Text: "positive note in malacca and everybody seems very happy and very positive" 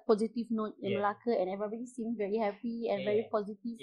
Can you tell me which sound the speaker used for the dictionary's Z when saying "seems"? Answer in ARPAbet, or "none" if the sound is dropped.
none